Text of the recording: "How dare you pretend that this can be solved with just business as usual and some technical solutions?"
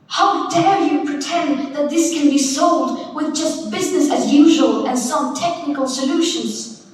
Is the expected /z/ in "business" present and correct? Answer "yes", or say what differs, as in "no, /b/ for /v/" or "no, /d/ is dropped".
yes